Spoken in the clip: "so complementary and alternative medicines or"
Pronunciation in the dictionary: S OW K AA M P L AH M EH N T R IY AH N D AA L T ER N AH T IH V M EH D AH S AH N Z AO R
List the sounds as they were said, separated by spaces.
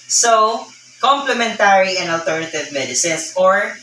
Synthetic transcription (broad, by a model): S OW K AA M P L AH M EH N T R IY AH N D AA L T ER N AH T IH V M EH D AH S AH N S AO R